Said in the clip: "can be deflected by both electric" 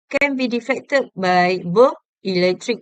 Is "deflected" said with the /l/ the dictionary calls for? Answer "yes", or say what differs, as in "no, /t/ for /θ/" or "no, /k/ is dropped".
no, /l/ is dropped